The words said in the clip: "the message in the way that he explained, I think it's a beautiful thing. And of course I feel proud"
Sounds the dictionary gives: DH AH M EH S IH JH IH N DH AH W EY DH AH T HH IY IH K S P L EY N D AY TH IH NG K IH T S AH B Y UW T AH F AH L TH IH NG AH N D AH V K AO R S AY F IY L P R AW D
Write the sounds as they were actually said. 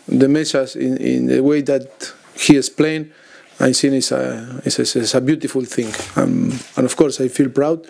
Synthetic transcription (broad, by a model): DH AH M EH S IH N IH N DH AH W EY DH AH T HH IY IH S P L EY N AY S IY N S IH S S AH B Y UW T AH F AH L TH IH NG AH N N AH F K AO R S AY F IY L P R AW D